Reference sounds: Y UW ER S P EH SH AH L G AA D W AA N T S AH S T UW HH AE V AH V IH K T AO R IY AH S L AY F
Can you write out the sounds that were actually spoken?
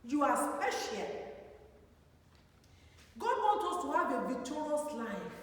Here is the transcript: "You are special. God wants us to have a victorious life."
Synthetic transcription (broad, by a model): Y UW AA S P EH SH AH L G AA D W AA N T AO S T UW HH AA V AH V IH K T AO R IY AH S L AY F